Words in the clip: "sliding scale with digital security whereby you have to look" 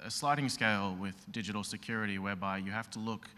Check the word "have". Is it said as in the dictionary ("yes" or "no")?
no